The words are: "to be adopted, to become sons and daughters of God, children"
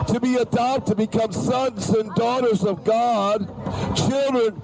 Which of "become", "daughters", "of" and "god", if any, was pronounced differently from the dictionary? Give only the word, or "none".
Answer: none